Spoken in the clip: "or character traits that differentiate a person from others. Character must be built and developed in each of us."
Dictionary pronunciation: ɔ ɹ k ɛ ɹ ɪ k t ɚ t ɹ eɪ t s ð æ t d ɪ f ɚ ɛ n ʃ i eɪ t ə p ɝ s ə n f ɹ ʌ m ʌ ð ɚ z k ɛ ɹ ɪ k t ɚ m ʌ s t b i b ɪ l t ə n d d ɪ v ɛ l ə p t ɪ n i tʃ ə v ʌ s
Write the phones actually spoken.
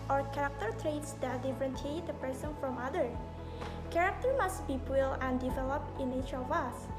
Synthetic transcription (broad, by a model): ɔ ɹ k ɛ ɹ ɪ k t ɚ t ɹ eɪ t s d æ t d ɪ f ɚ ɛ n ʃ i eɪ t ə p ɝ s ə n f ɹ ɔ m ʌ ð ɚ k ɛ ɹ ɪ k t ɚ m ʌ s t b i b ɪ l ə n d d ɪ v ɛ l ə p t ɪ n i tʃ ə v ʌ s